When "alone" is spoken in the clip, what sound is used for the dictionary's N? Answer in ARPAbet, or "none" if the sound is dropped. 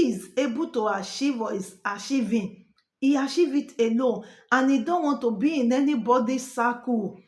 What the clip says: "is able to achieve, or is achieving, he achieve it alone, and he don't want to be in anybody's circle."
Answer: none